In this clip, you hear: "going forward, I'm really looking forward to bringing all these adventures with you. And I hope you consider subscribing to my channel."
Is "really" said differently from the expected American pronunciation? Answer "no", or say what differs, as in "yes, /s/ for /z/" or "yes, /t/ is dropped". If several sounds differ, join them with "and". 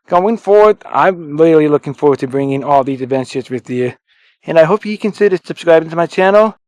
yes, /l/ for /ɹ/